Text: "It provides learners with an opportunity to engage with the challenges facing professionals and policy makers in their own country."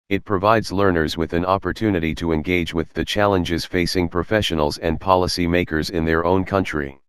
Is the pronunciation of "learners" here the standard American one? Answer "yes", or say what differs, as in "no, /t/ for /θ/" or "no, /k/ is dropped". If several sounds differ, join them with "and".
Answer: yes